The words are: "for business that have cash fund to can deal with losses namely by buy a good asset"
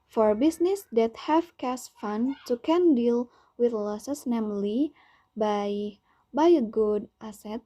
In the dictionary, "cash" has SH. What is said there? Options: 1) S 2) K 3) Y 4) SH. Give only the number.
1